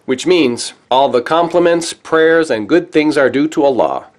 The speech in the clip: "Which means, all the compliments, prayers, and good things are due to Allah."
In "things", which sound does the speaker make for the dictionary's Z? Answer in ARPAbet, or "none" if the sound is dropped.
Z